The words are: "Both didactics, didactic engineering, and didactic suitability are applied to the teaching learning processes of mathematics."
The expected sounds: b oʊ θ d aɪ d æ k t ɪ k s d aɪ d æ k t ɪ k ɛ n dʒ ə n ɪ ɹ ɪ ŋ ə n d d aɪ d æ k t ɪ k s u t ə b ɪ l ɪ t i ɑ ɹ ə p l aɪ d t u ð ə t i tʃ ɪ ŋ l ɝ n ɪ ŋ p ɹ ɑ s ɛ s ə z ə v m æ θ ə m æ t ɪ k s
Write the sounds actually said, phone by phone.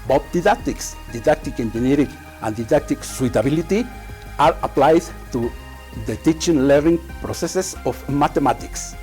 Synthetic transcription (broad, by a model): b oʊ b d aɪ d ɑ k t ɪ k s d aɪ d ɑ k t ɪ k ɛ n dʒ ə n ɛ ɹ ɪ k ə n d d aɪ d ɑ k t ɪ k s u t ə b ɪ l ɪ t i ɑ ɹ ə p l aɪ d t u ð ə t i tʃ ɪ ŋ l ɝ n ɪ ŋ p ɹ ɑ s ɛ s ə s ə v m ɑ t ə m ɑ t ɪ k s